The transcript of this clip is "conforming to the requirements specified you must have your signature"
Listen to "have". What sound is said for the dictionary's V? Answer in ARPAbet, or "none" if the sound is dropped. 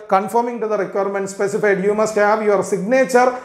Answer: V